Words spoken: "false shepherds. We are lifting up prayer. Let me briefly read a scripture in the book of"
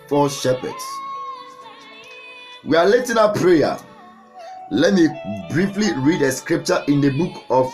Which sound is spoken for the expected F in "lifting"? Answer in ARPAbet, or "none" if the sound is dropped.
none